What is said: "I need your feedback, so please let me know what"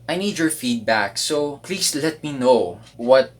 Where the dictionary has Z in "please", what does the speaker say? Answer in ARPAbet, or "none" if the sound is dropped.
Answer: S